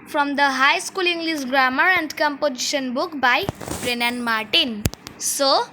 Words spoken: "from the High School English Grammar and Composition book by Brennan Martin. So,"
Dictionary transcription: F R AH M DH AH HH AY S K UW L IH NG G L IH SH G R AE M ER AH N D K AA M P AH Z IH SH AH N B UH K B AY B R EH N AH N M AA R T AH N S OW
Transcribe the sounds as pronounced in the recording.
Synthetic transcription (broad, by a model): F R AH M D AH HH AY S K UW L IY NG G L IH S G R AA M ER AH N D K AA M P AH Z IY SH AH N B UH K B AY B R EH N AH N M AA R T AH N S OW